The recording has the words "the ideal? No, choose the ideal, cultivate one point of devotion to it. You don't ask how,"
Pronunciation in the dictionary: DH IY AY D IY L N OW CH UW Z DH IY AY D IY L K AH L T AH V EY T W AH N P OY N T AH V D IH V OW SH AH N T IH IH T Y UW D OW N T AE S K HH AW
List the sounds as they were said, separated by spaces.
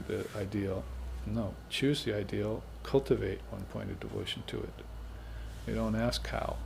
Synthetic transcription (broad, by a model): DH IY AY D IY L N OW CH UW Z DH IY AY D IY L K AH L T AH V EY T W AH N P OY N T AH V D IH V OW SH N T IH IH T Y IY D OW N T AE S K HH AW